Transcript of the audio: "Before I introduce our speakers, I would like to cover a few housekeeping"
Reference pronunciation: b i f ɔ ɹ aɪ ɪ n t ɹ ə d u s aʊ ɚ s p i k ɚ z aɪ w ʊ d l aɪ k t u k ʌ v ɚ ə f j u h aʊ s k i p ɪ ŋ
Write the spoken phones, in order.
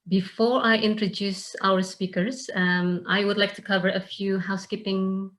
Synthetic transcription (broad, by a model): b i f ɔ ɹ aɪ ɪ n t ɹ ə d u s aʊ ɚ s p i k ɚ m aɪ w ʊ d l aɪ k t u k ʌ v ɚ ə f j u h aʊ s k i p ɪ ŋ